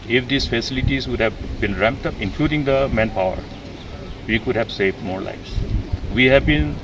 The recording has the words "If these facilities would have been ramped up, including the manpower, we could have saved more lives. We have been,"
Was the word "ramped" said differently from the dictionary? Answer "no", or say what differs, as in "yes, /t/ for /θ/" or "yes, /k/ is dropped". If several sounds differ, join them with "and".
no